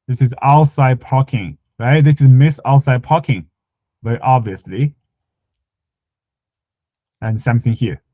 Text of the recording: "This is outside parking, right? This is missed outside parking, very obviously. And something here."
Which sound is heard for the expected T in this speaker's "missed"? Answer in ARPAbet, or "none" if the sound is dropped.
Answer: none